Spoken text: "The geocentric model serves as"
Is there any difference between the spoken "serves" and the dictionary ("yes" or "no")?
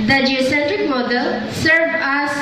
yes